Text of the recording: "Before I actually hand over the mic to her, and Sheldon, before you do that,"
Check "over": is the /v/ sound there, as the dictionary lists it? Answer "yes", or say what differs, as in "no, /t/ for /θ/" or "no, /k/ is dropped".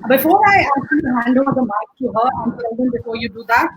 no, /v/ is dropped